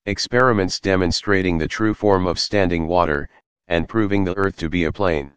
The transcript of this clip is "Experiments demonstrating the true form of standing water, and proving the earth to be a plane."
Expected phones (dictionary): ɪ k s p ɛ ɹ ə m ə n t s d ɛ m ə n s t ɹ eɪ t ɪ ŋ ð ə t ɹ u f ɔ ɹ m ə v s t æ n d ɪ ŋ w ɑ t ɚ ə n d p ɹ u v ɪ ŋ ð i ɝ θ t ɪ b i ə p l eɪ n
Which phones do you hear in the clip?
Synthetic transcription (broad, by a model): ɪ k s p ɛ ɹ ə m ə n t s d ɛ m ə n s t ɹ eɪ t ɪ ŋ ð ə t ɹ u f ɔ ɹ m ə v s t æ n d ɪ ŋ w ɑ t ɚ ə n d p ɹ u v ɪ ŋ ð i ɝ θ t ɪ b i ə p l eɪ n